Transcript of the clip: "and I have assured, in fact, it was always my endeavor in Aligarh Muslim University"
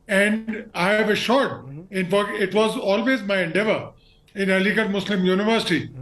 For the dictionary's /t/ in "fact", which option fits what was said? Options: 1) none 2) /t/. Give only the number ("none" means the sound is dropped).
1